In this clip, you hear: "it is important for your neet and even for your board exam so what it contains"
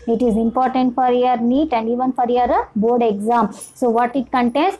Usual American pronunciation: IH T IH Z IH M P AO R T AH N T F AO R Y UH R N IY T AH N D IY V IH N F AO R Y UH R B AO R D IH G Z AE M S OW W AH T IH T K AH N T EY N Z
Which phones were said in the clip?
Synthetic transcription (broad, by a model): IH T IH Z IH M P AO R T AH N T F AO R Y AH R N IY T AH N D IY V IH N F AO R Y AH R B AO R D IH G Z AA M S OW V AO T IH T K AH N T EY N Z